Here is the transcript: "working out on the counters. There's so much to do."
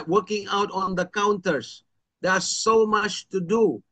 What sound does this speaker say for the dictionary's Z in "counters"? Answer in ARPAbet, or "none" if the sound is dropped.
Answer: S